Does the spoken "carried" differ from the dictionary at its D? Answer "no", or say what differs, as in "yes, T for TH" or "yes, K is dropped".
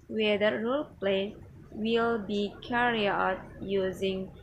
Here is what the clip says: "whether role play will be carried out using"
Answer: yes, D is dropped